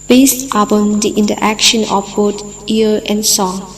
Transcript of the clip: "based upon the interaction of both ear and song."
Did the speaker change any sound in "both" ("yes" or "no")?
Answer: yes